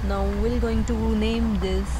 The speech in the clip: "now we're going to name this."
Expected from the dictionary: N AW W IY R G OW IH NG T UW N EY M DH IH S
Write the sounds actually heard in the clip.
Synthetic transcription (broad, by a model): N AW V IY L G OW IH NG T UW N EY M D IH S